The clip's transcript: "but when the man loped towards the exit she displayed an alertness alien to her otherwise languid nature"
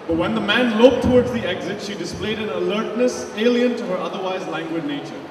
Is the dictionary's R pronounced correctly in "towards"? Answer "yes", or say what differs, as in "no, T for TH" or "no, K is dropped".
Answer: yes